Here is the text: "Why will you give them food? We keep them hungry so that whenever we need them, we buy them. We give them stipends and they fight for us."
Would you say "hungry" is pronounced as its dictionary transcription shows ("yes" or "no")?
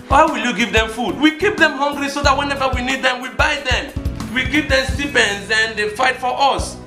no